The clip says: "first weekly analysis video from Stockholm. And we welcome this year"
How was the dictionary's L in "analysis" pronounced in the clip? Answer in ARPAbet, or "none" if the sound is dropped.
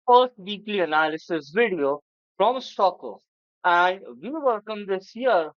L